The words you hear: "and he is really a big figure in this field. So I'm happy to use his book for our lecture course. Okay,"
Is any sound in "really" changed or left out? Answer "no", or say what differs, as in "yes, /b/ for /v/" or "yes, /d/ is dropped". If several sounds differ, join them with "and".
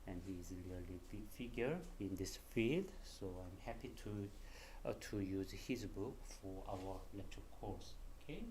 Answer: yes, /l/ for /ɹ/